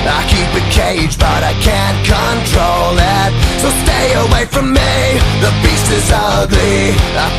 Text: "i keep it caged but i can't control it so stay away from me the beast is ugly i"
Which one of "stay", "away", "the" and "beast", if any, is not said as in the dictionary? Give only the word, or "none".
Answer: beast